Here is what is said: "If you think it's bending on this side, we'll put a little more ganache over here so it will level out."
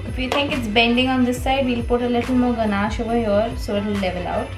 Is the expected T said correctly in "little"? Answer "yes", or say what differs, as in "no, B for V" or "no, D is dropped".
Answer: yes